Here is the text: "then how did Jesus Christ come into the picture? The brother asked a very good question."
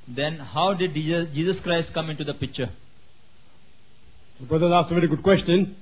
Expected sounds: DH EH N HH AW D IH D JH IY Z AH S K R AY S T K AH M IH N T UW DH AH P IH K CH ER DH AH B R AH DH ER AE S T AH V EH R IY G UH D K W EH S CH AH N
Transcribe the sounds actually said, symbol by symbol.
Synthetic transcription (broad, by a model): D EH N HH AW D IH D JH IY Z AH S K R AY S T K AH M IH N T UW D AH P IH K CH ER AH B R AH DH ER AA S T AH V EH R IY G UH D K W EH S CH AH N